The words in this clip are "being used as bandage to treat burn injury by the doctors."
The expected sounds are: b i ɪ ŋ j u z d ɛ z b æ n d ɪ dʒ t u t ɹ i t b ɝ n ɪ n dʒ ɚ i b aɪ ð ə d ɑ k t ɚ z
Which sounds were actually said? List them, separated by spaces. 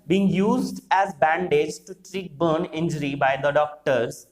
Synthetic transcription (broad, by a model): b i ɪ ŋ j u z d ɛ z b æ n d ɪ dʒ t u t ɹ i t b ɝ n ɪ n dʒ ɚ i b aɪ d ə d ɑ k t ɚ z